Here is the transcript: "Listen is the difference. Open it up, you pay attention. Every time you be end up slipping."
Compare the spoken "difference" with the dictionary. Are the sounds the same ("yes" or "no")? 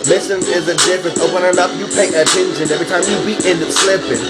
no